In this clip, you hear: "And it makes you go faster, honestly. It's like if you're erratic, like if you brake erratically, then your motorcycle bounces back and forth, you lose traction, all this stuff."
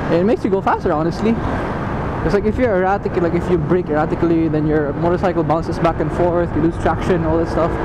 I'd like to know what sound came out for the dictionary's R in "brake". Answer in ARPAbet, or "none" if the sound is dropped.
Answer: R